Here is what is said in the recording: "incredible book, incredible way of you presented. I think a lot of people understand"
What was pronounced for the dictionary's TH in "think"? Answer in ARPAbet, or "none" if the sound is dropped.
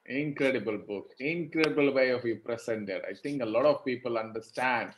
T